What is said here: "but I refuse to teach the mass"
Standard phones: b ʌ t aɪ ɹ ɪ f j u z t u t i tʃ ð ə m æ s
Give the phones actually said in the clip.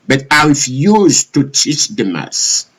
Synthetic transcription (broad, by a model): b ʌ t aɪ w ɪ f j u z t u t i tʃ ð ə m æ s